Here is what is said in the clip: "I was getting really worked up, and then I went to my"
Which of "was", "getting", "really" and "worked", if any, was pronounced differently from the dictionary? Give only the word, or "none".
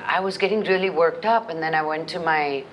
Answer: none